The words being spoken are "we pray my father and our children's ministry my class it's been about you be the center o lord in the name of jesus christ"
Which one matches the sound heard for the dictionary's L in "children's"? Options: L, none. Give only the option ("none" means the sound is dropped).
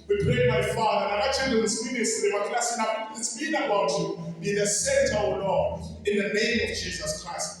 none